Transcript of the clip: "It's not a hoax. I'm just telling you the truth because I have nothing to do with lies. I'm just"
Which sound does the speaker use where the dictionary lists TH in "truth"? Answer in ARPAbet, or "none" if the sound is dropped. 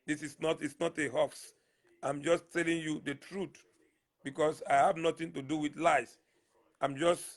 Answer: T